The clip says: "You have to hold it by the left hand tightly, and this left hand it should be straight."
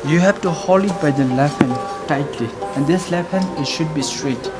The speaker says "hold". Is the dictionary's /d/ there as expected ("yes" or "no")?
no